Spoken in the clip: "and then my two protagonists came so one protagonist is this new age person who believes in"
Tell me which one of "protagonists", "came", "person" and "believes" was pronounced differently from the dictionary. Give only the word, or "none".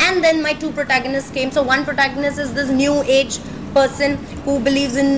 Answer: none